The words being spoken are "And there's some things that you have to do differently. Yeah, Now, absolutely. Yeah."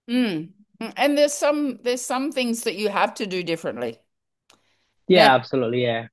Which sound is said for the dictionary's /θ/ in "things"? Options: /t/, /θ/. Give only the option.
/θ/